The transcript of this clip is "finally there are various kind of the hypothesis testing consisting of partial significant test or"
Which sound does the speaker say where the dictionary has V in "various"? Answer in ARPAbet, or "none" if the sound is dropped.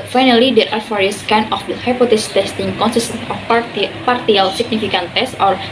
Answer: F